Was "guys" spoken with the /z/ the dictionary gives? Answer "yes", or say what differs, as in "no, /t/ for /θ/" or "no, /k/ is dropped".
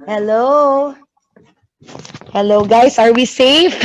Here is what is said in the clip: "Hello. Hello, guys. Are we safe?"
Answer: no, /s/ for /z/